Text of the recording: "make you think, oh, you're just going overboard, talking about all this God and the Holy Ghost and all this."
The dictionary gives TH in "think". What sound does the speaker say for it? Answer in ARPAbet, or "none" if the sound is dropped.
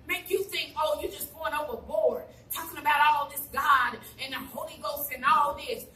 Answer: TH